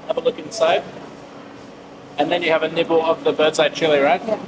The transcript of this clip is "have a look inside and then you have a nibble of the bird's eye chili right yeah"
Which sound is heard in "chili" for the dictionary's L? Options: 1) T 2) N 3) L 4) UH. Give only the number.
3